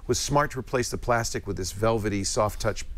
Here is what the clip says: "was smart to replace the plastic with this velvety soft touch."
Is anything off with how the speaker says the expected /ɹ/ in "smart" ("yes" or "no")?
no